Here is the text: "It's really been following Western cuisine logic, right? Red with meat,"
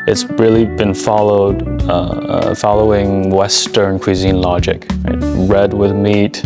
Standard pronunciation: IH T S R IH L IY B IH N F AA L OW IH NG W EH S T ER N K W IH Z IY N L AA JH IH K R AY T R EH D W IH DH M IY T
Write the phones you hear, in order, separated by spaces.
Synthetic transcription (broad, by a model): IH T S R IH L IY B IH N F AA L OW IH NG W EH S T ER N K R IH Z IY N L AA JH IH K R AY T R EH D W IH DH M IY T